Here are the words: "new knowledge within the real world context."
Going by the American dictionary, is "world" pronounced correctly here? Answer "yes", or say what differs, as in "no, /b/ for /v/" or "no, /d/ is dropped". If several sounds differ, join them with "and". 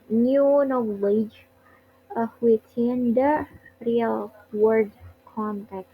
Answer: no, /l/ is dropped